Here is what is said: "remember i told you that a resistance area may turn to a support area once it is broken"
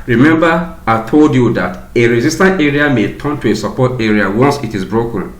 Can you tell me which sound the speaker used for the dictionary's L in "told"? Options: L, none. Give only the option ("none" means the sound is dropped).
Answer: L